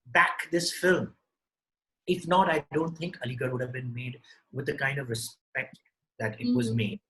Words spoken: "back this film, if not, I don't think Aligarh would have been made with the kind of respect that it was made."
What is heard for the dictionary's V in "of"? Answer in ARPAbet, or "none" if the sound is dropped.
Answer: V